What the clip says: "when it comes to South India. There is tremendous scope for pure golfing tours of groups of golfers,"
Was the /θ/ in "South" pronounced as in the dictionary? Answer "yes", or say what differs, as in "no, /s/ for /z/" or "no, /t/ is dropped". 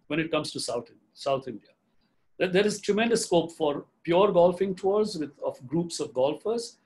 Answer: no, /s/ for /θ/